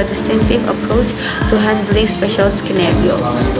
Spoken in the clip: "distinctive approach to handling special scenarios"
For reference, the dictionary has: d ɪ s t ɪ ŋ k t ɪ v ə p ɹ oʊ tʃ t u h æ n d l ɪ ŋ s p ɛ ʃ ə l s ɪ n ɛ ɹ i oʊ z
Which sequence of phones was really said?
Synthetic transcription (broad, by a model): d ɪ s t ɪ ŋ k t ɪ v ə p ɹ oʊ tʃ t u h æ n d l ɪ ŋ s p ɛ ʃ ə l s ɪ n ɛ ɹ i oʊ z